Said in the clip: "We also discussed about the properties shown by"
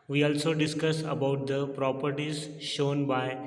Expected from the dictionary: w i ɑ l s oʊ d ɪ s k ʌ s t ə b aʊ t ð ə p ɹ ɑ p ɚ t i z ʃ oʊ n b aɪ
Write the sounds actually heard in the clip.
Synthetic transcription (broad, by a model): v i ɑ l s oʊ d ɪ s k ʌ s ə b aʊ t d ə p ɹ ɑ p ɚ t i z ʃ oʊ n b aɪ